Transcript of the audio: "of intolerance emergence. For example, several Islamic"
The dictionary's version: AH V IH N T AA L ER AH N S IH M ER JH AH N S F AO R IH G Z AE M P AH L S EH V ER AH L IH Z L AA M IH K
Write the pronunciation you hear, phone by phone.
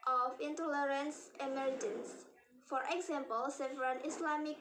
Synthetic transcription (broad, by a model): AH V IH N T AA L ER AH N S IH M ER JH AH N S F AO R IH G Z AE M P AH L S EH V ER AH N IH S L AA M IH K